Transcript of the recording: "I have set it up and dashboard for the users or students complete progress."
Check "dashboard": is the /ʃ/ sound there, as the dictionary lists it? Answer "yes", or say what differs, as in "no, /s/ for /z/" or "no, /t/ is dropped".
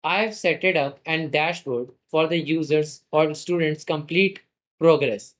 yes